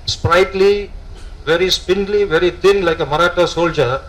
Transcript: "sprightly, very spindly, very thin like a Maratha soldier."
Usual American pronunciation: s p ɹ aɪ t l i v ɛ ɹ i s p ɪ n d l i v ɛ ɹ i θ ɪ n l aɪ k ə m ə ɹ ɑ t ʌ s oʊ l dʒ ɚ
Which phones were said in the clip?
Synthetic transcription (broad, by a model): s p ɹ aɪ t l i v ɛ ɹ i s p ɪ n d l i v ɛ ɹ i t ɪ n l aɪ k ə m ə ɹ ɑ t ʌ s oʊ l dʒ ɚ